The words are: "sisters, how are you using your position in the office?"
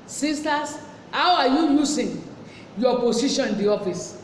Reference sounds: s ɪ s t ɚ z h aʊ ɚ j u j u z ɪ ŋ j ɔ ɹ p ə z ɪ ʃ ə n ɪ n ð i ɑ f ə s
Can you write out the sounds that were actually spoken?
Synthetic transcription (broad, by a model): s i s t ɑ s h aʊ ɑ j u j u s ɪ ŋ j ɔ p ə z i ʃ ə n ɪ n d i ɑ f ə s